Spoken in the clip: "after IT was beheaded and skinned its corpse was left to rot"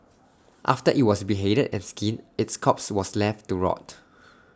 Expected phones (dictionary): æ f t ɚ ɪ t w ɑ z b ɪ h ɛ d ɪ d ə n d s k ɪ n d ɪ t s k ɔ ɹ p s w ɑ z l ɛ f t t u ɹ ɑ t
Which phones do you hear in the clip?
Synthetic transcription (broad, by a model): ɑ f t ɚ ɪ t w ɑ s b ɪ h ɛ d ɪ d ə n s k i n ɪ t s k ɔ p s w ɑ s l ɛ f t t u ɹ ɑ t